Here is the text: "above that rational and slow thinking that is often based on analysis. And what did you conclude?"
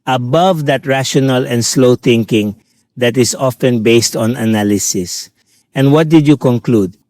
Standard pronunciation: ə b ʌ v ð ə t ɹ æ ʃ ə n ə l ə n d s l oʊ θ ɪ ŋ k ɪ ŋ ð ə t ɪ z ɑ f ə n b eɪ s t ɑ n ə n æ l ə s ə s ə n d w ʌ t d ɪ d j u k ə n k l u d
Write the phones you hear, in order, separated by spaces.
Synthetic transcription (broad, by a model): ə b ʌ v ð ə t ɹ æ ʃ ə n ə l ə n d s l oʊ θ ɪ ŋ k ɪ ŋ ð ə t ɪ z ɑ f ə n b eɪ s t ɑ n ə n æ l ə s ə s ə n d w ʌ t d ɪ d j u k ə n k l u d